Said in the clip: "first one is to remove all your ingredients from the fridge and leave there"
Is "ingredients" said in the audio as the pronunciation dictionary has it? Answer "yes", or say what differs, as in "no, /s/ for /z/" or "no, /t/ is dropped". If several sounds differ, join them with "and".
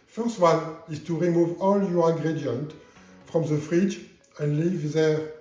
no, /s/ is dropped